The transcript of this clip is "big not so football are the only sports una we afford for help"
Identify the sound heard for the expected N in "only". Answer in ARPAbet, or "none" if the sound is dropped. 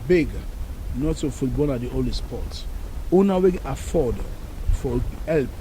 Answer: none